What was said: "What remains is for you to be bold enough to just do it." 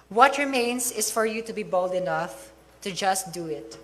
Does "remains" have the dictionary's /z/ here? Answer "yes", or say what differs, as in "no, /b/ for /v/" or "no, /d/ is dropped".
no, /s/ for /z/